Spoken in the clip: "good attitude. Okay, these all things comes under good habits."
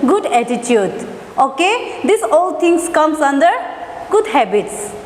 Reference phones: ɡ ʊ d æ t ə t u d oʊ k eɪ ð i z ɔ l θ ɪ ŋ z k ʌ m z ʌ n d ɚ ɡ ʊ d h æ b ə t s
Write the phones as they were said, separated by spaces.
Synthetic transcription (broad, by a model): ɡ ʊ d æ t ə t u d oʊ k eɪ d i s ɔ l t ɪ ŋ s k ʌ m s ʌ n d ɚ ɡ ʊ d h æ b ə t s